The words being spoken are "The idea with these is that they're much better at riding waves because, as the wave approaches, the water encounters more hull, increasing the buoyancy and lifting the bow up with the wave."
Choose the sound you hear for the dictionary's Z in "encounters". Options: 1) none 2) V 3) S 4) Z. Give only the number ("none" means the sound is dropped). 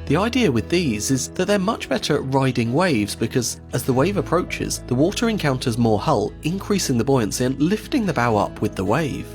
4